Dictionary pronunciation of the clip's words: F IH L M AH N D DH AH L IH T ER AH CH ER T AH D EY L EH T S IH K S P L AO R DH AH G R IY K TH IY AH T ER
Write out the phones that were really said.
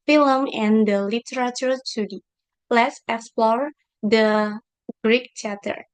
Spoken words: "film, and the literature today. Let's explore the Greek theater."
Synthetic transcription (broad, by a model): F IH L M AH N D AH L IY T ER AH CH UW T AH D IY L EH T S IH K S P L AO R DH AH G R IY K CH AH T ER